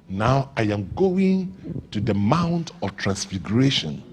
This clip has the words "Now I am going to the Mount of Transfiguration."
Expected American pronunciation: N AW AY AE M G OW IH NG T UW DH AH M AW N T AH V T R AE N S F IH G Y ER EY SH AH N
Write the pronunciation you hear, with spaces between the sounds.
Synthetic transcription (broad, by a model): N AW AY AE M G OW IH NG T UW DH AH M AW N T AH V T R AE N S F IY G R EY SH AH N